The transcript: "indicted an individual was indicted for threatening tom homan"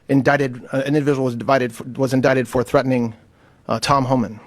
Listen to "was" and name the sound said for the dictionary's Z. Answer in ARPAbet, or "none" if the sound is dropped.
Z